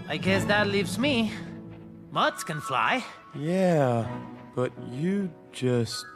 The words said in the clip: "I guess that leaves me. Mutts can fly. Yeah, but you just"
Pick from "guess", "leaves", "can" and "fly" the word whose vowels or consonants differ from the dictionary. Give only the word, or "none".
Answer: none